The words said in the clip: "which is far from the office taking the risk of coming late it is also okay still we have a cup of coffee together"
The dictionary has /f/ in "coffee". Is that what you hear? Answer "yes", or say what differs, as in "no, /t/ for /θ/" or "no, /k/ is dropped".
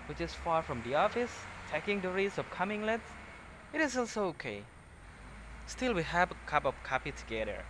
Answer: no, /p/ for /f/